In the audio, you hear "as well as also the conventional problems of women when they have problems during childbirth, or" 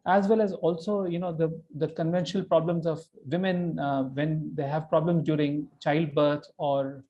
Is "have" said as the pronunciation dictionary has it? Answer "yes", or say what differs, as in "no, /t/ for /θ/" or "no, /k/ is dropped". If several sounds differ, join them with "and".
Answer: yes